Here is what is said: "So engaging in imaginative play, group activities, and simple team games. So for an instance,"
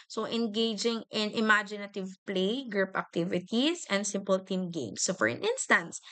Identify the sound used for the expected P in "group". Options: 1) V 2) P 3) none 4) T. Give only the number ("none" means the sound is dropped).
2